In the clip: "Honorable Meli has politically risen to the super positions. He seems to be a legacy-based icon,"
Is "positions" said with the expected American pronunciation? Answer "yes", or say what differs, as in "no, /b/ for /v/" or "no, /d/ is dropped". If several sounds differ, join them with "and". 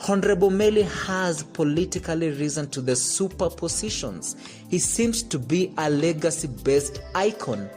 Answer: yes